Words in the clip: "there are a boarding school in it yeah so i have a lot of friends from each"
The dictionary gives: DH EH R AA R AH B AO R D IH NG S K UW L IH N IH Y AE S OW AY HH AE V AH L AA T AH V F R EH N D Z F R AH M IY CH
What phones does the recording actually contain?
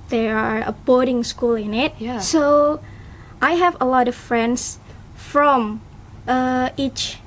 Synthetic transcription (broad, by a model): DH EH R AA R AH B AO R D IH NG S K UW L IH N IH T S OW AY HH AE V AH L AA T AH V F R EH N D S F R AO M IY CH